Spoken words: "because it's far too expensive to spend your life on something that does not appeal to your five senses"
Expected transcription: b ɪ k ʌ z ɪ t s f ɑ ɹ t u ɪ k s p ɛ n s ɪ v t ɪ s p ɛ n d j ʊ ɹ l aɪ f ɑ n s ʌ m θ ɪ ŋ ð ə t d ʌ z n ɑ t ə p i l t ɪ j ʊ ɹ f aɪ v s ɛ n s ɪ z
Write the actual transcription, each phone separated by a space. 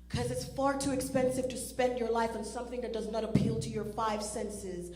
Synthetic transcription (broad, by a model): k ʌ z ɪ t s f ɑ ɹ t u ɪ k s p ɛ n s ɪ v t ɪ s p ɛ n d j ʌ ɹ l aɪ f n s ʌ m θ ɪ ŋ ð ə t d ʌ z n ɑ t ə p i l t ɪ j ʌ ɹ f aɪ v s ɛ n s ɪ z